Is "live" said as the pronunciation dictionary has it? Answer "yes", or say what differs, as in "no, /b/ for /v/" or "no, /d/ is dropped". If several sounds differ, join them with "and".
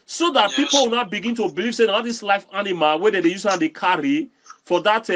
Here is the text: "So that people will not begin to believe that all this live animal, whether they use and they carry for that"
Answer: no, /f/ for /v/